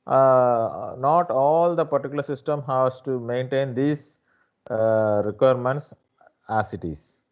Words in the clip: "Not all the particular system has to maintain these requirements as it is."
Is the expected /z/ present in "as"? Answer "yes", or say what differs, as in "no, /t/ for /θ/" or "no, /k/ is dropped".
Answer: no, /s/ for /z/